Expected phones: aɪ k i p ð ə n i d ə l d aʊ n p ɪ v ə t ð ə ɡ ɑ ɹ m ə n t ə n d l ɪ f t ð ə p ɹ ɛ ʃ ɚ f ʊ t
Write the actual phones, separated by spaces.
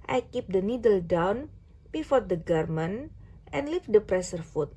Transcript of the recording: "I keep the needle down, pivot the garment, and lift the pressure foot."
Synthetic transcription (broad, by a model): aɪ k i p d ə n i d ə l d aʊ n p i f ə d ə ɡ ɑ ɹ m ə n t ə n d l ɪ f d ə p ɹ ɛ s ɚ f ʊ t